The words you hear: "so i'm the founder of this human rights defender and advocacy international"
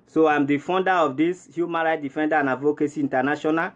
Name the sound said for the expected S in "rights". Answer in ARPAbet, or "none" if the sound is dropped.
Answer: none